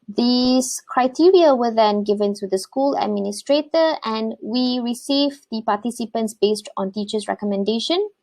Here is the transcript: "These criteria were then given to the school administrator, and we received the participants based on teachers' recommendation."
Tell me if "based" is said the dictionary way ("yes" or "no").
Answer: yes